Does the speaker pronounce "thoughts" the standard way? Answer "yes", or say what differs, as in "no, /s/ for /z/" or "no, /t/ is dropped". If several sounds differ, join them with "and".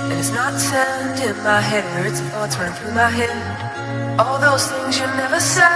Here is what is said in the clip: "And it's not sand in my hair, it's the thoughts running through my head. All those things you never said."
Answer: no, /t/ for /θ/